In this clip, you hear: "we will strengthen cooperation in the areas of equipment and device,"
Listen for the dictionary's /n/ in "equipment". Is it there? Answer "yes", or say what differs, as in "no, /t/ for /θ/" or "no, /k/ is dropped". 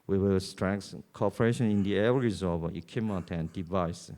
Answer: no, /n/ is dropped